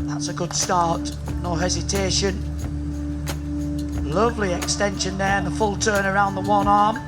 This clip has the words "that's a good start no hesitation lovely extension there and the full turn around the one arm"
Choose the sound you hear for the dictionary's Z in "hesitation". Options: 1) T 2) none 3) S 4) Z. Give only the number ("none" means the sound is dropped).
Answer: 4